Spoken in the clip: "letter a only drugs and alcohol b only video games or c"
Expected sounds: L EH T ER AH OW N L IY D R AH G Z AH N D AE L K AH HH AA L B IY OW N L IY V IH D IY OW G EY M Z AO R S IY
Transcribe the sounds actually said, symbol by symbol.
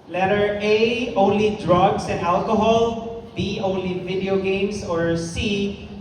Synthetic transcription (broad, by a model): L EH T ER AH OW N L IY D R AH G S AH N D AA L K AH HH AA L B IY OW N L IY V IH D IY OW G EY M S AO R S IY